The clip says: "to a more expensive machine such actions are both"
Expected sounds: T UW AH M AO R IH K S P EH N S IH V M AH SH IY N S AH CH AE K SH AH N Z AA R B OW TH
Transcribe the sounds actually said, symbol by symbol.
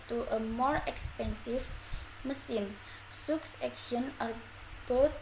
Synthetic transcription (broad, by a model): T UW AH M AO R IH K S P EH N S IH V M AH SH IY N S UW S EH K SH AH N AA R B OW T